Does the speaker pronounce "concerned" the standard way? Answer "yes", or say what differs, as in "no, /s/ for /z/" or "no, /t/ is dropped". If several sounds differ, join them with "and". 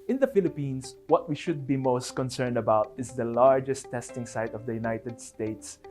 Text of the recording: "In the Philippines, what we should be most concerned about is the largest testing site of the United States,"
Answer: yes